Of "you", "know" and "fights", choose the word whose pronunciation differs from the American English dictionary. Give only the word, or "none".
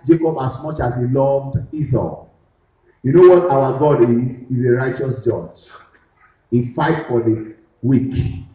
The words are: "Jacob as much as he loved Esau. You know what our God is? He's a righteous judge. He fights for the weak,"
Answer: fights